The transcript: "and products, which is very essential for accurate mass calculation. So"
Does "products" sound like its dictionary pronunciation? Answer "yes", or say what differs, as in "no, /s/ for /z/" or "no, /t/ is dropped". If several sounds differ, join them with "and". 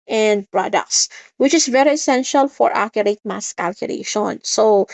no, /s/ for /t/